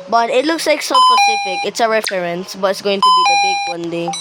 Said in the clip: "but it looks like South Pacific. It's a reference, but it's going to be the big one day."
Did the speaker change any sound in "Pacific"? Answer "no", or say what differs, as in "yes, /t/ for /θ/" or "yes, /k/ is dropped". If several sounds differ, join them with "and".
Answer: yes, /s/ is dropped